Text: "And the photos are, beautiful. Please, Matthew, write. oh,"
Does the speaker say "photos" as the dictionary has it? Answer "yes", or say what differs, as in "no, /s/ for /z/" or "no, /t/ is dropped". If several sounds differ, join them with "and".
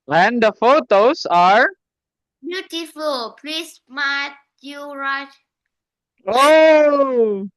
no, /s/ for /z/